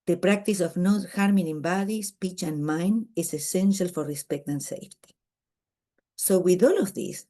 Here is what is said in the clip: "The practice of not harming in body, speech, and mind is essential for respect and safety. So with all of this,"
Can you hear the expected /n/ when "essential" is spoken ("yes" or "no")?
yes